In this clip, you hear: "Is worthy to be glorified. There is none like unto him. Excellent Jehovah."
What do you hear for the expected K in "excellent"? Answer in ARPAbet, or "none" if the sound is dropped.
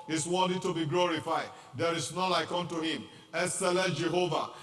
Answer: none